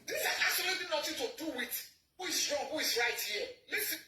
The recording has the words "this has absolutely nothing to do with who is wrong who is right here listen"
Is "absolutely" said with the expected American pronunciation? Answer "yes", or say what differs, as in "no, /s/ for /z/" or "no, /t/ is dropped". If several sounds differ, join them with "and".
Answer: no, /b/ is dropped